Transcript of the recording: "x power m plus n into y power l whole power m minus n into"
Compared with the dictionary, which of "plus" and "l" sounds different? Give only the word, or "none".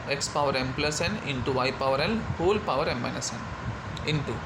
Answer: l